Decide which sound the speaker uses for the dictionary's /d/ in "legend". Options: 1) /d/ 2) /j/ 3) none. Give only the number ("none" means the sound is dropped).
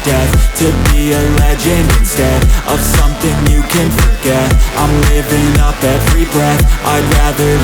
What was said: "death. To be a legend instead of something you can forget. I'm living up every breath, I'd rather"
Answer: 3